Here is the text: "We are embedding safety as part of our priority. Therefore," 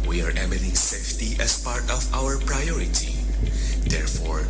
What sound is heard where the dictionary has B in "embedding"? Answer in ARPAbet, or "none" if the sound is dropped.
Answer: none